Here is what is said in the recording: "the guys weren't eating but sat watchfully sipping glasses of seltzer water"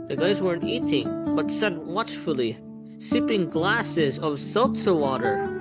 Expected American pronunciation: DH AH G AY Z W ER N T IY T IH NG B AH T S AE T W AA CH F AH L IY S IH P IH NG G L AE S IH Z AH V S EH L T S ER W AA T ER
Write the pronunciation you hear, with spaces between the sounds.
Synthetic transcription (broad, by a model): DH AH G AY Z W ER N T IY T IH NG B AH T S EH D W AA CH F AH L IY S IH P IH NG G L AE S IH Z AH V S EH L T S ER W AA T ER